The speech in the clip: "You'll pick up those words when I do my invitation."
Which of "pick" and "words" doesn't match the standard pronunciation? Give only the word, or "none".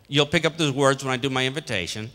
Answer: none